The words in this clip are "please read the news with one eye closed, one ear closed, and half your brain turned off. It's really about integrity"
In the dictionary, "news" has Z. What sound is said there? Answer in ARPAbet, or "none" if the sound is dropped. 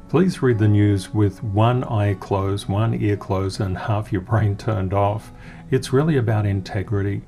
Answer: Z